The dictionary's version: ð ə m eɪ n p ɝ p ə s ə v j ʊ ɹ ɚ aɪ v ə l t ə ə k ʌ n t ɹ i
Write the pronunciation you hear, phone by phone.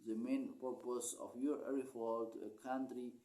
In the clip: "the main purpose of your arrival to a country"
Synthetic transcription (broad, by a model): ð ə m eɪ n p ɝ p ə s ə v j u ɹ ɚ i f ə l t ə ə k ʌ n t ɹ i